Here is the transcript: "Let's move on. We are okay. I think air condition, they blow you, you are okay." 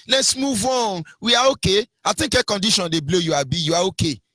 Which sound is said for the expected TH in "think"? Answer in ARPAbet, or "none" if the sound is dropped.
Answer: T